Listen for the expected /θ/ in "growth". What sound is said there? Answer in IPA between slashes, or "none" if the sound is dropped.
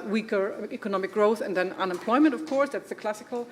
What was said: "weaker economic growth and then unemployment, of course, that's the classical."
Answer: /θ/